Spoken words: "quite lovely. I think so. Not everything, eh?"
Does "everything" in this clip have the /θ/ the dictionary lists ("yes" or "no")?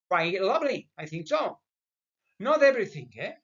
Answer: yes